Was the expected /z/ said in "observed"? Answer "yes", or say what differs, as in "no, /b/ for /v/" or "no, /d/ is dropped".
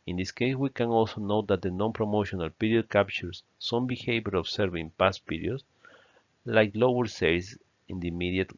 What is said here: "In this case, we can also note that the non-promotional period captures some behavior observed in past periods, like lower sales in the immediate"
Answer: no, /s/ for /z/